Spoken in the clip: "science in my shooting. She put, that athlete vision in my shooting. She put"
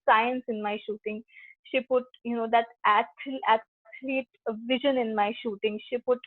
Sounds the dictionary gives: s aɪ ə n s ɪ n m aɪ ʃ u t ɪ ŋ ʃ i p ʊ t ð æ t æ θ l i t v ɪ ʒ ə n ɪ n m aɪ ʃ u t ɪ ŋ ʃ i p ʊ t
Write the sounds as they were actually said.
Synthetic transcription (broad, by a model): s aɪ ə n s ɪ n m aɪ ʃ u t ɪ ŋ ʃ i p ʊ t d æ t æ s l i t v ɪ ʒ ə n ɪ n m aɪ ʃ u t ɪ ŋ ʃ i p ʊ t